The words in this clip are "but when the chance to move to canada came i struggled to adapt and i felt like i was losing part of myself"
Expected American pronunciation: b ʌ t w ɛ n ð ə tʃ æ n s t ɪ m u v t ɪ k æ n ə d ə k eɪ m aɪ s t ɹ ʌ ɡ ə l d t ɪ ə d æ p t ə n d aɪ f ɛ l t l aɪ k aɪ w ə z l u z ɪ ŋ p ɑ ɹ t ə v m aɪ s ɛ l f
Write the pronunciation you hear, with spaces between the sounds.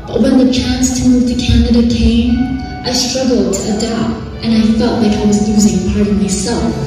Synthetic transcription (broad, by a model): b ʌ t w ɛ n ð ə tʃ æ n s t ɪ m u v t ɪ k æ n ə d ə k eɪ m aɪ s t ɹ ʌ ɡ l d t ɪ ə d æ p t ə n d aɪ f ɛ l t l aɪ k aɪ w ə z l u z ɪ ŋ p ɑ ɹ t ə v m aɪ s ɛ l f